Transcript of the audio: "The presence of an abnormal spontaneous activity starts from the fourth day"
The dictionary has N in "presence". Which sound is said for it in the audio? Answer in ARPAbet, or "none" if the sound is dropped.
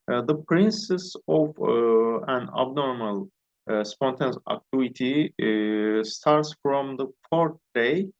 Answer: none